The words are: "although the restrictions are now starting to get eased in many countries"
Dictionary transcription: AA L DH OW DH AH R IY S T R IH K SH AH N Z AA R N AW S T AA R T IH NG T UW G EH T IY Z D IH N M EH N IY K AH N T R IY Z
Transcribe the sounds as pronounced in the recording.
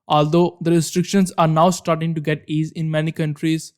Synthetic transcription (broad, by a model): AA L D OW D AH R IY S T R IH K SH AH N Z AA R N AW S T AA R T IH NG T UW G EH T IY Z IH N M EH N IY K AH N T R IY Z